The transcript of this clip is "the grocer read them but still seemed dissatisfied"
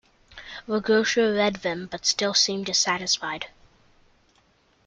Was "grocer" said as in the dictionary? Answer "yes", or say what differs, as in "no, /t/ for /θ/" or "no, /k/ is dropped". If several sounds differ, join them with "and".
no, /ɹ/ is dropped and /ʃ/ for /s/